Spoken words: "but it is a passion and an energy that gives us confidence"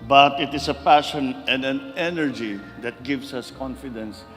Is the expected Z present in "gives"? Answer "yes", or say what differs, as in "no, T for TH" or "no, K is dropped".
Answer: no, S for Z